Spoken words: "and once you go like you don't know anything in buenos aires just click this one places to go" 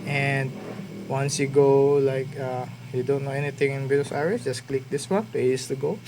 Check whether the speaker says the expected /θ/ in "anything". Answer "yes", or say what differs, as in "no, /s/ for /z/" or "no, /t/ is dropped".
no, /t/ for /θ/